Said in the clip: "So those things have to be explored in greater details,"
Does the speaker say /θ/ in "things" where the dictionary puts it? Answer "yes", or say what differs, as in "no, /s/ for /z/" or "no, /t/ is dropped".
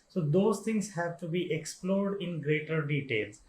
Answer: no, /t/ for /θ/